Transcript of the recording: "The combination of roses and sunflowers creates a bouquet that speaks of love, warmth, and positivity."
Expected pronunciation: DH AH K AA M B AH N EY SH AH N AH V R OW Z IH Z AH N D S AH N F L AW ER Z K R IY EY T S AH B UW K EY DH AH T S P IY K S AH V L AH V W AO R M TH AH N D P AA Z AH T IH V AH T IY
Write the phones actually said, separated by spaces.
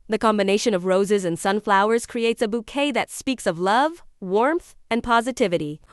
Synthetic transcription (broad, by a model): DH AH K AA M B AH N EY SH AH N AH V R OW Z IH Z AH N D S AH N F L AW ER Z K R IY EY T S AH B UW K EY DH AH T S P IY K S AH V L AH V W AO R M TH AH N P AA Z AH T IH V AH T IY